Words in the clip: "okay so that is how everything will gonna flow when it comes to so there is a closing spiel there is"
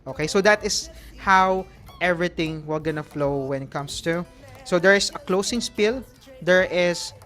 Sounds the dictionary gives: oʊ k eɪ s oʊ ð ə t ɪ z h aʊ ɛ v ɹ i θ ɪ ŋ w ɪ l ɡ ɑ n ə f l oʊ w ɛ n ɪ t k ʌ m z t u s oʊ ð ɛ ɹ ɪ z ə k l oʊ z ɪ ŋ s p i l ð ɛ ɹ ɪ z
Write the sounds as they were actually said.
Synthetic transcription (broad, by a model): oʊ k eɪ s oʊ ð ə t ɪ s h aʊ ɛ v ɹ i t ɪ ŋ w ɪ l ɡ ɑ n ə f l oʊ w ɛ n ɪ t k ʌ m s t u s oʊ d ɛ ɹ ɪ s ə k l oʊ s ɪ ŋ s p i l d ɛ ɹ ɪ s